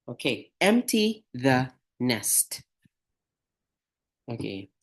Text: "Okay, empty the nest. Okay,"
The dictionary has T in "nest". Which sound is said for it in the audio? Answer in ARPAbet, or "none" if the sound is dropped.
T